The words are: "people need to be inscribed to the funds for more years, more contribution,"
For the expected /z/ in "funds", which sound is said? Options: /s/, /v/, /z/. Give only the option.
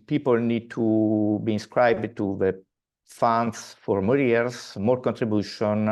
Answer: /s/